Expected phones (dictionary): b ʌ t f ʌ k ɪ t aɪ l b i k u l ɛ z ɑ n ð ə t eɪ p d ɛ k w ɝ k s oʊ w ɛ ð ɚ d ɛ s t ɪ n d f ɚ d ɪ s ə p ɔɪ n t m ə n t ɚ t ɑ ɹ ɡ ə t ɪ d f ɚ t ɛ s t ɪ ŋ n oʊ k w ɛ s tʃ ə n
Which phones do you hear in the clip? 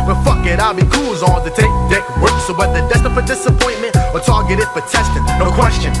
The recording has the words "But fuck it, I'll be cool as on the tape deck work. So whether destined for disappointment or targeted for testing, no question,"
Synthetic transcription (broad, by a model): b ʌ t f ʌ k ɪ t aɪ l b i k u l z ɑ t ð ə t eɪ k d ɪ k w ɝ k s oʊ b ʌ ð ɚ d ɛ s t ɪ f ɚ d ɪ s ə p ɔɪ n m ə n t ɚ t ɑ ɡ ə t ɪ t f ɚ t ɛ s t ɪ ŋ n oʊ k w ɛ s tʃ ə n